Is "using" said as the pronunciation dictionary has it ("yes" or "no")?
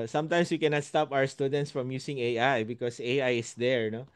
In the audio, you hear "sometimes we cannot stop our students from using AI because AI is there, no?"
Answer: no